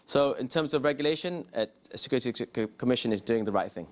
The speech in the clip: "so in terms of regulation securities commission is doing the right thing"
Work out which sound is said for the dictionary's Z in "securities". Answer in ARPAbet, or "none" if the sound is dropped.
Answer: none